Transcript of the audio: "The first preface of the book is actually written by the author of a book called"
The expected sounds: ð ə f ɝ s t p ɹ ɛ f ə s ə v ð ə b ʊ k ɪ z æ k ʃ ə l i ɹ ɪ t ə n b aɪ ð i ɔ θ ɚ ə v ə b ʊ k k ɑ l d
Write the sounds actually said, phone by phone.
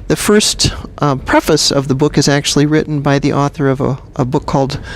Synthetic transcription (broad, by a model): ð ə f ɝ s t p ɹ ɛ f ə s ə v ð ə b ʊ k ɪ z æ k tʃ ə l i ɹ ɪ t n b aɪ ð i ɔ θ ɚ ə v ə b ʊ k k ɑ l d